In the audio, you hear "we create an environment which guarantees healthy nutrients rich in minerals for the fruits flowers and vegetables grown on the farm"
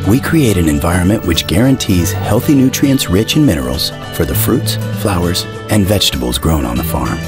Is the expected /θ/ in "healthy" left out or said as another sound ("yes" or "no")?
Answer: no